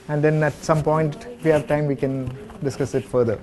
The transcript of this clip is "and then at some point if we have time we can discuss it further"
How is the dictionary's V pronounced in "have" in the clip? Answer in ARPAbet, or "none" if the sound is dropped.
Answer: V